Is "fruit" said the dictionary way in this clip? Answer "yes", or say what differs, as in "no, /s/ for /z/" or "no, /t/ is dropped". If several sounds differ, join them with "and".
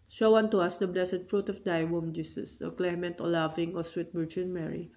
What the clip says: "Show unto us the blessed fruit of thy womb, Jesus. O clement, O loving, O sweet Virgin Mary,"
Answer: yes